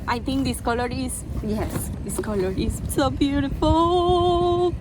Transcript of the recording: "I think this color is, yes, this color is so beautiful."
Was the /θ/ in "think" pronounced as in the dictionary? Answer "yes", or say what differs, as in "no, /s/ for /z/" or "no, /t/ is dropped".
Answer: no, /t/ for /θ/